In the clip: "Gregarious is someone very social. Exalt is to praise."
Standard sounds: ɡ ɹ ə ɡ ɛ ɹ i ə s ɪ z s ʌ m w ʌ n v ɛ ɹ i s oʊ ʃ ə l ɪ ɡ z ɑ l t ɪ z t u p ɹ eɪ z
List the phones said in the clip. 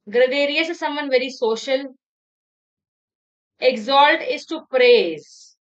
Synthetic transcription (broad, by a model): ɡ ɹ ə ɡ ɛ ɹ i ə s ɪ s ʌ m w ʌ n v ɛ ɹ i s oʊ ʃ ə l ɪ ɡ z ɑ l t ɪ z t u p ɹ eɪ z